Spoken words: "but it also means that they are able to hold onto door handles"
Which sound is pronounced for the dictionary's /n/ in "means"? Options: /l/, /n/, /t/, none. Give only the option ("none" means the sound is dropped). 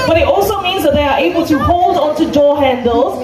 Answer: /n/